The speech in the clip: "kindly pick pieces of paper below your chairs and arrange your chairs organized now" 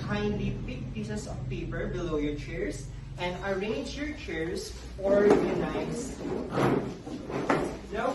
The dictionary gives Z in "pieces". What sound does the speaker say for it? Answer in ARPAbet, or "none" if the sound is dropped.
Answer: S